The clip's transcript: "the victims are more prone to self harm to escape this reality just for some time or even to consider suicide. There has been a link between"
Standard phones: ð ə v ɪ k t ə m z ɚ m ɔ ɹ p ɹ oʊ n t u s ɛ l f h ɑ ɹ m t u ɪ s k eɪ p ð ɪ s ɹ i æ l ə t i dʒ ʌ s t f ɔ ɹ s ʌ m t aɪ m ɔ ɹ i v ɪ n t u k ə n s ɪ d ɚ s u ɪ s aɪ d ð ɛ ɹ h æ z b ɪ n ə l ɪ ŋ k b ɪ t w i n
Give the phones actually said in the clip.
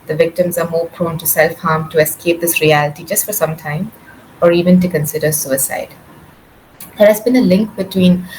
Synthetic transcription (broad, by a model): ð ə v ɪ k t ə m z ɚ m ɔ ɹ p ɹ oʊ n t u s ɛ l f h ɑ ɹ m t u ɪ s k eɪ p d ɪ s ɹ i æ l ə t i dʒ ʌ s t f ɔ ɹ s ʌ m t aɪ m ɔ ɹ i v ɪ n t u k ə n s ɪ d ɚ s u ɪ s aɪ d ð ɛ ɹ h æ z b ɪ n ə l ɪ ŋ k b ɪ t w i n